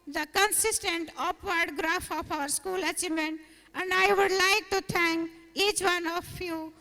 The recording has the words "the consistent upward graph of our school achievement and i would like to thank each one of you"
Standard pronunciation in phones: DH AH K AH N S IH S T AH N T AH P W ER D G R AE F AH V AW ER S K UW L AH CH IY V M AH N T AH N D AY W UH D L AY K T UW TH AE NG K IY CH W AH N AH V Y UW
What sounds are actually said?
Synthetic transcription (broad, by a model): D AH K AH N S IH S T AH N T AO P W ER D G R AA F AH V AW ER S K UW L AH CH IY M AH N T AH N D AY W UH D L AY K T UW T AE NG K IY CH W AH N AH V Y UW